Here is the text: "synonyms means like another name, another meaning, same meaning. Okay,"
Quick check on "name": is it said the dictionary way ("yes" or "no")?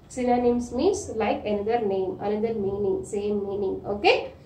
yes